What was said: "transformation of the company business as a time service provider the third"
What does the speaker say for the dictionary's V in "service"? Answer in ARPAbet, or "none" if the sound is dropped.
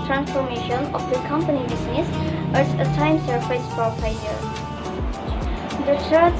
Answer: F